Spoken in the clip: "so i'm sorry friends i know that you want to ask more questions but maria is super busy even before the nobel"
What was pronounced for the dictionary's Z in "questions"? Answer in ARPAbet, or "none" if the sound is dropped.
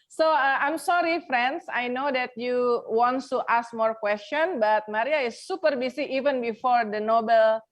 none